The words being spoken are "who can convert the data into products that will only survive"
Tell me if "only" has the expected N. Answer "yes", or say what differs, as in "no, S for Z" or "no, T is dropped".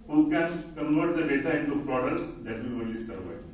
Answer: no, N is dropped